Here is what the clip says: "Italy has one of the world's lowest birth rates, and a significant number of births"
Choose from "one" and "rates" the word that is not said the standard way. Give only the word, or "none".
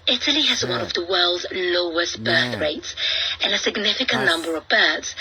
none